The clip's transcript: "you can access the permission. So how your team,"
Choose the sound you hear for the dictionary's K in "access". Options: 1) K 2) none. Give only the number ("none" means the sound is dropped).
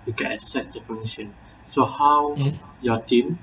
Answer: 2